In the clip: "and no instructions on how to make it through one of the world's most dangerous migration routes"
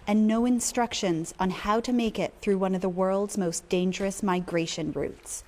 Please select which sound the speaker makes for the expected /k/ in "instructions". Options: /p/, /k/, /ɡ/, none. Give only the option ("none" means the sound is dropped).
/k/